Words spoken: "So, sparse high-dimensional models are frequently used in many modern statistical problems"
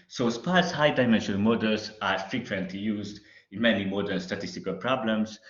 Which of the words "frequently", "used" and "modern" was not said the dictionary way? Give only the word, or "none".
modern